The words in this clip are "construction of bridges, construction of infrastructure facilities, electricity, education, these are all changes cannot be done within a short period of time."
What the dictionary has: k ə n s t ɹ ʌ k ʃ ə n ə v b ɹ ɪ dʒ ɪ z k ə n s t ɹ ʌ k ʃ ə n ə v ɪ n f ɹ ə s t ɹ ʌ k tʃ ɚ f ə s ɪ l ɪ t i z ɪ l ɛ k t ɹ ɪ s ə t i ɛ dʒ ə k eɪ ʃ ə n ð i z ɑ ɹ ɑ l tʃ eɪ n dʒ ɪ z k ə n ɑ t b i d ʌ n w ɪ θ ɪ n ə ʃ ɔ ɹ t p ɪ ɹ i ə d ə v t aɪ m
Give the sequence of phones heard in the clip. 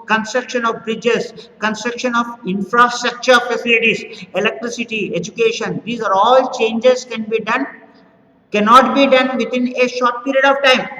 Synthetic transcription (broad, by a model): k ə n s t ɹ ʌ k ʃ ə n ə v b ɹ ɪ dʒ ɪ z k ə n s t ɹ ʌ k ʃ ə n ə v ɪ n f ɹ ə s t ɹ ʌ k tʃ ɚ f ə s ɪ l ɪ t i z ɪ l ɛ k t ɹ ɪ s ə t i ɛ dʒ ə k eɪ ʃ ə n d i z ɑ ɹ ɑ l tʃ eɪ n dʒ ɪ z k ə n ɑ t b i d ʌ n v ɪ t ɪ n ə ʃ ɔ ɹ t p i ɹ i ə d ə v t aɪ m